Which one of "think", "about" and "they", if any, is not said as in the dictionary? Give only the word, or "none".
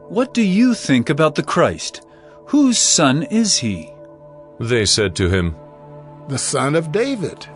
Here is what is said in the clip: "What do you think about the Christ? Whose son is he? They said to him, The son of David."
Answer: none